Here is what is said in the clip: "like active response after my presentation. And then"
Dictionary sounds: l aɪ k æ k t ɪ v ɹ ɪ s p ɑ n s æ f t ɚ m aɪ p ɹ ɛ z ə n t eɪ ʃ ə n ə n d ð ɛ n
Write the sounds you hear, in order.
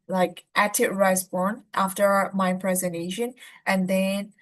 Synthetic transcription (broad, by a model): l aɪ k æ t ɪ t ɹ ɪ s b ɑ n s æ f t ɚ m aɪ p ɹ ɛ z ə n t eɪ ʃ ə n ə n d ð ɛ n